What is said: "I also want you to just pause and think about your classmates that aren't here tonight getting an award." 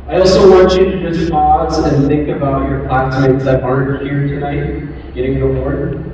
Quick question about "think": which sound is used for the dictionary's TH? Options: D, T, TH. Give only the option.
TH